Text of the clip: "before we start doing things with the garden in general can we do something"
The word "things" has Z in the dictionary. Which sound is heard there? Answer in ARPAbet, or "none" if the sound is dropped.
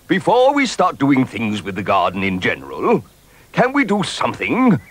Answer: Z